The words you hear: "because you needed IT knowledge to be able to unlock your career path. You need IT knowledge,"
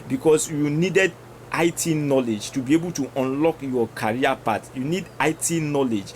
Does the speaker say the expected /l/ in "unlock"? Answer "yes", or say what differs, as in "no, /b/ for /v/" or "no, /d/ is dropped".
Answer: yes